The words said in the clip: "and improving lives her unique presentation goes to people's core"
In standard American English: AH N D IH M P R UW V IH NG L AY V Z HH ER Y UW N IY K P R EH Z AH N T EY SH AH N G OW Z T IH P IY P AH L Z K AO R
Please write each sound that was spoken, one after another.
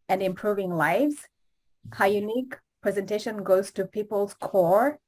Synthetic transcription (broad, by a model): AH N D IH M P R UW V IH NG L AY V Z HH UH Y UW N IY K P R EH Z AH N T EY SH AH N G OW Z T IH P IY P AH L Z K AO R